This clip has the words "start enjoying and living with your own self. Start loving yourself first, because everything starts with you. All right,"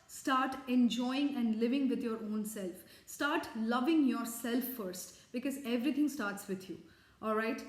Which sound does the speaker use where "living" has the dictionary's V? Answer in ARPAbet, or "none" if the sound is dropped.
V